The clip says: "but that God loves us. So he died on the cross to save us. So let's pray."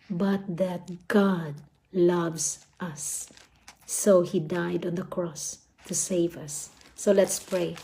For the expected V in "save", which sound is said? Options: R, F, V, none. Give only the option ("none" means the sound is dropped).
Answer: V